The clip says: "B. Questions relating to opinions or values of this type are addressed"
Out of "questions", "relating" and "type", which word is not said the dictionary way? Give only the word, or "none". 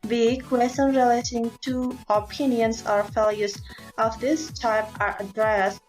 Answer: questions